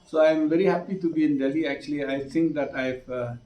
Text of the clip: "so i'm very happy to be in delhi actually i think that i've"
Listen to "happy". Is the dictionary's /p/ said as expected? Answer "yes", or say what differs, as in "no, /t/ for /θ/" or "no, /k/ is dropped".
yes